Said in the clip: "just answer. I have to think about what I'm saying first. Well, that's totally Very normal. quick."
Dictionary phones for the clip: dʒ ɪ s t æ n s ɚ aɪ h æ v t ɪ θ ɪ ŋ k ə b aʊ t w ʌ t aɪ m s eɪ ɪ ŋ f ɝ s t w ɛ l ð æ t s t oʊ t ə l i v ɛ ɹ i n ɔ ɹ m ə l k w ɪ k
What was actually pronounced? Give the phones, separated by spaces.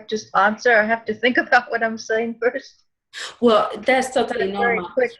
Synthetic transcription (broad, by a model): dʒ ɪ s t æ n s ɚ aɪ h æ f t ɪ θ ɪ ŋ k ə b aʊ t w ʌ t aɪ m s eɪ ɪ ŋ f ɝ s t w ɛ l ð æ t s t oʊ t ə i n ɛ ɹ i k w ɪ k